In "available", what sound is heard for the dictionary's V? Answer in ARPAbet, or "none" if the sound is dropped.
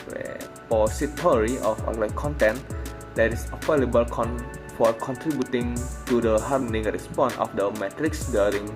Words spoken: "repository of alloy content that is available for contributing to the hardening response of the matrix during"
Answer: F